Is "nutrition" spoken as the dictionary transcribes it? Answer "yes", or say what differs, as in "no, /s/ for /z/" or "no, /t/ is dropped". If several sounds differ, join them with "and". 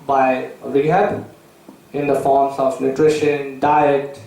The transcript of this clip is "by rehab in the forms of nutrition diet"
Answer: yes